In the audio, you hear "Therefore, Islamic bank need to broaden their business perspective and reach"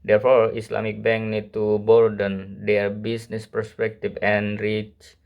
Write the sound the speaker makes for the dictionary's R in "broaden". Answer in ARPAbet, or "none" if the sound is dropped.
none